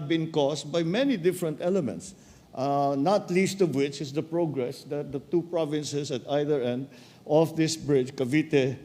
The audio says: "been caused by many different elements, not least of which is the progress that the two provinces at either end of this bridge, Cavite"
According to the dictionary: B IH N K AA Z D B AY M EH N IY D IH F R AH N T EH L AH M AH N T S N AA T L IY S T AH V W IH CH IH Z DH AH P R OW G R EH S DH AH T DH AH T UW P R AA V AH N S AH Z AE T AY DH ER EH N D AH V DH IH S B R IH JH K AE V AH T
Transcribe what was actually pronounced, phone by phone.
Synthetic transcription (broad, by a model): B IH N K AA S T B AY M EH N IY D IH F R AH N T EH L AH M AH N T S N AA T L IY S T AH V W IH CH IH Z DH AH P R OW G R EH S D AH T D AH T UW P R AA V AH N S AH S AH T AY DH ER EH N D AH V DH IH S B R IH JH K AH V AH T